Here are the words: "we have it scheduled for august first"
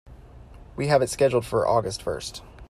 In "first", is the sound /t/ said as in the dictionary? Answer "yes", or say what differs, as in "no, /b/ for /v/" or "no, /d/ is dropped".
yes